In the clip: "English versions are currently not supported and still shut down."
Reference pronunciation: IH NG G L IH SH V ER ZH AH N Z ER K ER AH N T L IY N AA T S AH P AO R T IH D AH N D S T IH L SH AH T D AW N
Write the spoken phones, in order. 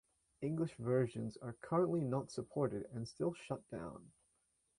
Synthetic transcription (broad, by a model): IH NG G L IH SH V ER ZH AH N Z ER K ER AH N T L IY N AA T S AH P AO R T IH D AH N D S T IH L SH AH T D AW N